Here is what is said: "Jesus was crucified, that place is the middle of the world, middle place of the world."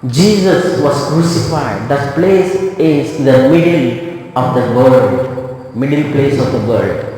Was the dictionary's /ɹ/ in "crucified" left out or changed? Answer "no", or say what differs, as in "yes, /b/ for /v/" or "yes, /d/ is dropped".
no